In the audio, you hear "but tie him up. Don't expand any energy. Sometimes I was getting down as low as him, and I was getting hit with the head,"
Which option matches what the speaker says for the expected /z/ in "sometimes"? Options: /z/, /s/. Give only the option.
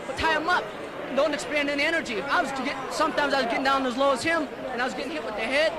/z/